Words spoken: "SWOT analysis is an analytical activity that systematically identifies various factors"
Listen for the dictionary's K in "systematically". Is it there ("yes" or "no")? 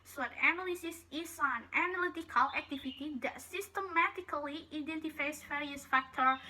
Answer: yes